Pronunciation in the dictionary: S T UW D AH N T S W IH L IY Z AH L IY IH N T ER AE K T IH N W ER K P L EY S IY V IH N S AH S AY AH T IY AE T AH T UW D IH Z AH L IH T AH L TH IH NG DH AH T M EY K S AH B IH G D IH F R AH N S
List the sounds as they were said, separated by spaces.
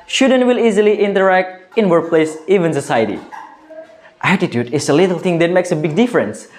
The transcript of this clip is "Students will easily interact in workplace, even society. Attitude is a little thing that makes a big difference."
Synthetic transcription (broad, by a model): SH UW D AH N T W IH L IY Z AH L IY IH N T ER AE K T IH N W ER K P L EY S IY V IH N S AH S AY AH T IY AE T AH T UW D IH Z AH L IH T AH L T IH NG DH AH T M EY K S AH B IH G D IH F R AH N S